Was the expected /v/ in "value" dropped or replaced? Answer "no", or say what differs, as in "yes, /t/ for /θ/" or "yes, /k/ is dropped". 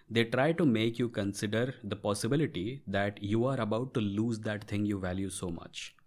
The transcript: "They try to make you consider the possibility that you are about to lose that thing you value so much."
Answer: no